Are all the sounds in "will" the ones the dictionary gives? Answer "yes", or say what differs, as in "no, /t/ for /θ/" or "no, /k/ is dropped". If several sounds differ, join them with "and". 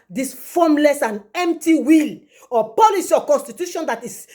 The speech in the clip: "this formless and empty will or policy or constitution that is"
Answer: yes